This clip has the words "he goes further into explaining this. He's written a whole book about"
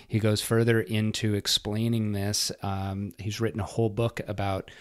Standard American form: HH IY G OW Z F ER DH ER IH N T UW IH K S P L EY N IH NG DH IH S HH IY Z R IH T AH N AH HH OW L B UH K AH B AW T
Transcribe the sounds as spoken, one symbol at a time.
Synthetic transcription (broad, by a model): HH IY G OW Z F ER DH ER IH N T UW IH K S P L EY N IH NG DH IH S HH IY Z R IH T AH N AH HH OW L B UH K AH B AW T